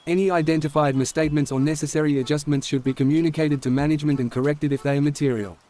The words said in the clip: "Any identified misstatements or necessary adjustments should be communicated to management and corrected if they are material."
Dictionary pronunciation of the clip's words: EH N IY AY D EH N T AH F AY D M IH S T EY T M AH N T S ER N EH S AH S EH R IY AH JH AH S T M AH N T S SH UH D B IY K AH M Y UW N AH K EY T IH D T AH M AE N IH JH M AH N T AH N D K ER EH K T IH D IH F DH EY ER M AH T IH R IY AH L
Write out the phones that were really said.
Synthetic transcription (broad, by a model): EH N IY AY D EH N T AH F AY D M IH S T EY T M AH N T S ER N EH S AH S EH R IY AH JH AH S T M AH N T S SH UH D B IY K AH M Y UW N AH K EY T IH D T AH M AE N IH JH M AH N T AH N K ER EH K T IH D IH F DH EY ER M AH T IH R IY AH L